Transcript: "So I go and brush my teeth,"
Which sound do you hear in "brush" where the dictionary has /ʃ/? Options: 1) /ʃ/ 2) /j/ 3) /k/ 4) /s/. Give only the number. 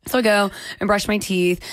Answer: 1